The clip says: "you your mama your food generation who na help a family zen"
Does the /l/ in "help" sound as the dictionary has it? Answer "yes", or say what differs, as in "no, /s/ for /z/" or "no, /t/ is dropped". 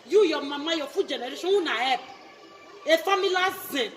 no, /l/ is dropped